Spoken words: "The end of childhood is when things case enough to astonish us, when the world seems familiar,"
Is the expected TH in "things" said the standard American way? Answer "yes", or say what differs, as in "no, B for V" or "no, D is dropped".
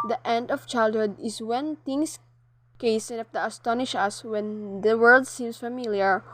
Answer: no, T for TH